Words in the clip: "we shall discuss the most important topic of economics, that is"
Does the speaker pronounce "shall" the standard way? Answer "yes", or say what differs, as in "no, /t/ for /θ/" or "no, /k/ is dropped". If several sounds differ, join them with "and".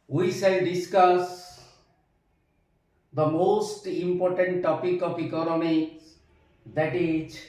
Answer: no, /s/ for /ʃ/